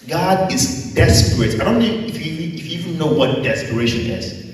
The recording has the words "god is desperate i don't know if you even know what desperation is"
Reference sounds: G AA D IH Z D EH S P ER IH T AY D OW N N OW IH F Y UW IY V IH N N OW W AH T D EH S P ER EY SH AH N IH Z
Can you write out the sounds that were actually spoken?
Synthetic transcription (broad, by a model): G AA D IH Z D EH S P ER IH T AY D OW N N OW IH F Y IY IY F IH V N OW W AH T D EH S P ER EY SH AH N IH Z